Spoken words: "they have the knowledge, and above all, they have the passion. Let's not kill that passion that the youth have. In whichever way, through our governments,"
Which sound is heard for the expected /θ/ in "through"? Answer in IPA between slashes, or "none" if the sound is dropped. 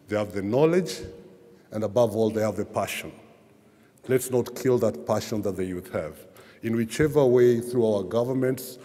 /θ/